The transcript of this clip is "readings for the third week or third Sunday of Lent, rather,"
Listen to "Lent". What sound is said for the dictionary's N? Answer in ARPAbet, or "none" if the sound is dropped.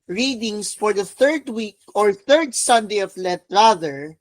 none